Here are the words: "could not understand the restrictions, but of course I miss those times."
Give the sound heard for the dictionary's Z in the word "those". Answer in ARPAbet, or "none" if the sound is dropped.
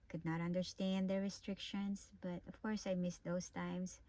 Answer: S